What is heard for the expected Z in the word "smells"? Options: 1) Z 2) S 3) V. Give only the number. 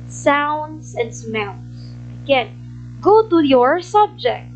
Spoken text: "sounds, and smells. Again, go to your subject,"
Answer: 2